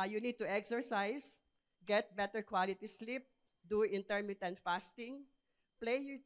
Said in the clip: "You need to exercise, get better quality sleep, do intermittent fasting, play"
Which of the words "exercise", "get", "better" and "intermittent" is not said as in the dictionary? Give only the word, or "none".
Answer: exercise